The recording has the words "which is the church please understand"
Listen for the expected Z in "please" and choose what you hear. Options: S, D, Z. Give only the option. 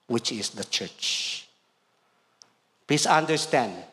S